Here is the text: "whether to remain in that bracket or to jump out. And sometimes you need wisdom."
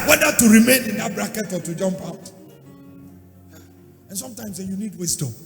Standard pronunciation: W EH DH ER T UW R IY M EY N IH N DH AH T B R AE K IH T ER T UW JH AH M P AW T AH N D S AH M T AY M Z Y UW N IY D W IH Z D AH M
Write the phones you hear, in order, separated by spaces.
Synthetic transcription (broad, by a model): W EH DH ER T UW R IY M EY N IH N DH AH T B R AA K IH T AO T UW JH AH M P AW T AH N S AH M T AY M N Y UW N IY D W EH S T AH